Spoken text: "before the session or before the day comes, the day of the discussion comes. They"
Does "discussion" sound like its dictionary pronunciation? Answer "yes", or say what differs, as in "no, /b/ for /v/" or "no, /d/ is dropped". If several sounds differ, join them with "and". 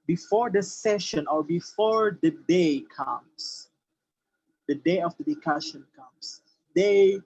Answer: no, /s/ is dropped